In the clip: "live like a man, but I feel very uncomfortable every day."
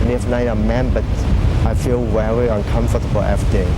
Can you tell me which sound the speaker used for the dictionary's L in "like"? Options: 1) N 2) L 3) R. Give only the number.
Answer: 1